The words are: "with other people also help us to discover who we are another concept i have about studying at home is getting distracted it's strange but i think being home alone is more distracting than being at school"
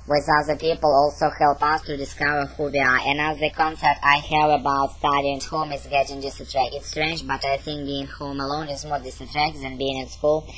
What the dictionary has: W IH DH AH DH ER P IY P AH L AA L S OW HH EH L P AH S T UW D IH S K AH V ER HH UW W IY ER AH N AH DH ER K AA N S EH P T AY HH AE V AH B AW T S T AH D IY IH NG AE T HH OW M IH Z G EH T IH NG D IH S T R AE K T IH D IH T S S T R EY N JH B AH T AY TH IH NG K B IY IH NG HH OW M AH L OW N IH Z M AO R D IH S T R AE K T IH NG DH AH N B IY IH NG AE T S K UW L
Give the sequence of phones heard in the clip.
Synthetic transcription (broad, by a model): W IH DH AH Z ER P IY P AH L AA L S OW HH EH L P AH S T UW D IH S K AH V ER HH UW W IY ER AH N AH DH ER K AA N S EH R T AY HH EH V AH B AW T S T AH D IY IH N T HH OW M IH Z G EH T IH NG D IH S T IH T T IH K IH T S S T R EY N JH B AH T AY TH IH NG K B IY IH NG HH OW M AH L OW N IH Z M AO R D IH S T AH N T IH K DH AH N B IY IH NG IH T S K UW L